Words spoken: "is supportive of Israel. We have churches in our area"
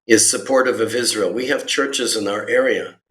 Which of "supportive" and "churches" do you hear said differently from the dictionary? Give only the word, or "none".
none